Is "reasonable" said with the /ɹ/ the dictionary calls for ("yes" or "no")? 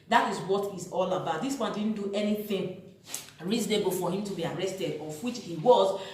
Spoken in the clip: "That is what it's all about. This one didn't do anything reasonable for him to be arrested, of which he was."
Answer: yes